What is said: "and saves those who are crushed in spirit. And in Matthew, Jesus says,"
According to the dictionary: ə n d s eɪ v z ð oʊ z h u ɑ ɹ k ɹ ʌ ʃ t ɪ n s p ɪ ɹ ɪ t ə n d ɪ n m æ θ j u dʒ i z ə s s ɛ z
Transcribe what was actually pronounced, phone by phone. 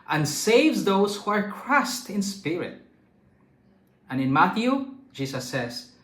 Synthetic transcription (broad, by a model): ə n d s eɪ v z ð oʊ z h u ɑ ɹ k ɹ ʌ s t ɪ n s p ɪ ɹ ɪ t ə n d ɪ n m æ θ j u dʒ i s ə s s ɛ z